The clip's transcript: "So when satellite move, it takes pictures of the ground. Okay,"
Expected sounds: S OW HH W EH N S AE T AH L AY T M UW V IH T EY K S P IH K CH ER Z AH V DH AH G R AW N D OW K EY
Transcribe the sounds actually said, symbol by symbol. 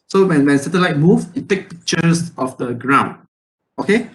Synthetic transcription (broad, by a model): S OW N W EH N S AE T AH L AY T M UW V IH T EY K P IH K CH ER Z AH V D AH G R AW N D OW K EY